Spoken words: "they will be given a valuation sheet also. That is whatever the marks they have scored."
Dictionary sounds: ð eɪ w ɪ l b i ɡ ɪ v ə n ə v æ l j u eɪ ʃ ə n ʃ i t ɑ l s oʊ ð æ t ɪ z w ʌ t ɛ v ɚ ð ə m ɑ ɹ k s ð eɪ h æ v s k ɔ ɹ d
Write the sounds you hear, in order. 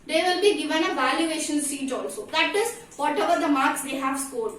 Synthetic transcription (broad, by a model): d eɪ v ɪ l b i ɡ ɪ v ə n ə v æ l j u eɪ ʃ ə n s i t ɑ l s oʊ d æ t ɪ z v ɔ t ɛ v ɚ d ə m ɑ ɹ k s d eɪ h æ v s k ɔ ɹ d